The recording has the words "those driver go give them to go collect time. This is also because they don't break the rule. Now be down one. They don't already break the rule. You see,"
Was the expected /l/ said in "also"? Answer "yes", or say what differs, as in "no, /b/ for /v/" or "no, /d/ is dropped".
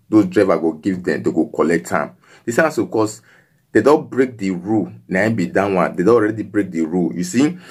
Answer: no, /l/ is dropped